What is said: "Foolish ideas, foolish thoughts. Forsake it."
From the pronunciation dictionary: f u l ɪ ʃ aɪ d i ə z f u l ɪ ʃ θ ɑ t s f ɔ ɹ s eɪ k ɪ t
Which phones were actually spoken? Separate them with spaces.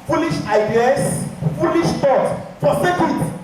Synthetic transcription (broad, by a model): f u l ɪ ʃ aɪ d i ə s f u l ɪ ʃ t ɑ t f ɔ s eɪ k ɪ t